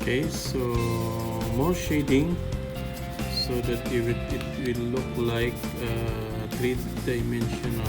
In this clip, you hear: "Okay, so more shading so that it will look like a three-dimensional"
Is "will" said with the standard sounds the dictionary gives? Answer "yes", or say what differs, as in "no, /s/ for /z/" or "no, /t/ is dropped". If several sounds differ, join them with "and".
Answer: no, /w/ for /l/